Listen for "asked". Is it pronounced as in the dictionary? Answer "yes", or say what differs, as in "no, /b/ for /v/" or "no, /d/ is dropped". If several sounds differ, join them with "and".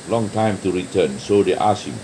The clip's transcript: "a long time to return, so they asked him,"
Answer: no, /t/ is dropped